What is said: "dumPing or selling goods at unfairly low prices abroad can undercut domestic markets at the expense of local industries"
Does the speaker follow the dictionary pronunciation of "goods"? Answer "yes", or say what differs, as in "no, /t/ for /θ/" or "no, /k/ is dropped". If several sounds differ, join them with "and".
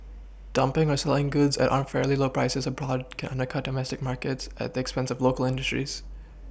yes